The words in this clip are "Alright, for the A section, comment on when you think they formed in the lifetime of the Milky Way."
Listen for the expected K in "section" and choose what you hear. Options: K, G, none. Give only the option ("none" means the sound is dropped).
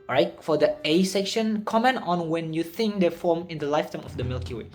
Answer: K